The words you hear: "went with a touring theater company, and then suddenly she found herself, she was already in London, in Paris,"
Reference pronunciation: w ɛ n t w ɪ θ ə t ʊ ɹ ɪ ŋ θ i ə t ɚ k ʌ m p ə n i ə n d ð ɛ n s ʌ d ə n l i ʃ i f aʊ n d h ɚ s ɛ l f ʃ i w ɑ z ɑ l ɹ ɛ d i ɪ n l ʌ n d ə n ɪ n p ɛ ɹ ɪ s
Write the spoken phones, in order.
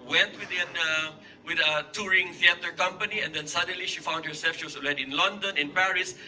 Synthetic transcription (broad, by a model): w ɛ n t w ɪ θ ə t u ɹ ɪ ŋ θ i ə t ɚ k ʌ m p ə n i ə n d ɛ n s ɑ d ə n l i ʃ i f aʊ n d h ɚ s ɛ l f ʃ i w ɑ s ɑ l ɛ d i ɪ n l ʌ n d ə n ɪ n p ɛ ɹ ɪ s